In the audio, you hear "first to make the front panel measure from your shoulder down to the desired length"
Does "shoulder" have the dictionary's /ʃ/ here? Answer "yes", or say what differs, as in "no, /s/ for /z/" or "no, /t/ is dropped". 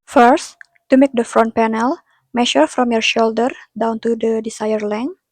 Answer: yes